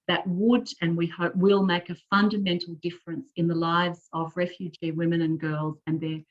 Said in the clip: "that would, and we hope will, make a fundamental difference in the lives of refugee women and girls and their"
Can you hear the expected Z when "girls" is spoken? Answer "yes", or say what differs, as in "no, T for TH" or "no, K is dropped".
yes